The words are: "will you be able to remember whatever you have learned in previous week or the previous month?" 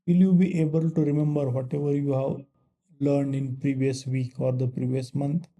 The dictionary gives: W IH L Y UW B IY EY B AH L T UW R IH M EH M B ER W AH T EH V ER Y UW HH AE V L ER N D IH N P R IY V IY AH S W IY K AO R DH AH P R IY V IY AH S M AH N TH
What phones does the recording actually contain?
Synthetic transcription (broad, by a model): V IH L Y UW B IY EY B AH L T UW R IH M EH M B ER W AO T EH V ER Y UW HH AE V L ER N D IH N P R IY V IY AH S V IY K AO R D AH P R IY V IY AH S M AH N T